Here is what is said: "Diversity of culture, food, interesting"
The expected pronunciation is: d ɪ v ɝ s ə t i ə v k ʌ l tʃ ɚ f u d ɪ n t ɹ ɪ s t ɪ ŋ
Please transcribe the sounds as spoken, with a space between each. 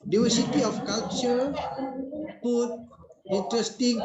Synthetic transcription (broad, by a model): d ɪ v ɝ s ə t i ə f k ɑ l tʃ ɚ p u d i n t ɹ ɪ s t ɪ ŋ